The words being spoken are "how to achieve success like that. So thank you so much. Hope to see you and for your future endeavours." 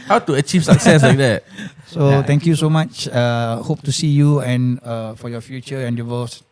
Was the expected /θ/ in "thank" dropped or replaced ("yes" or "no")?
yes